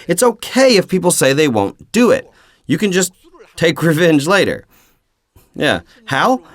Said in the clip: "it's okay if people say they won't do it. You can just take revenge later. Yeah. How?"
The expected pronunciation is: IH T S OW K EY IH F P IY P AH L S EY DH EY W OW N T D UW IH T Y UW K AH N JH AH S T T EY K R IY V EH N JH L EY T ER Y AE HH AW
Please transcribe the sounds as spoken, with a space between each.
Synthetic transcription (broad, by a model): IH T S OW K EY IH F P IY P L S EY DH EY W OW N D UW IH T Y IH K AH N JH AH S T T EY K R IY V EH N JH L EY T ER Y AE HH AW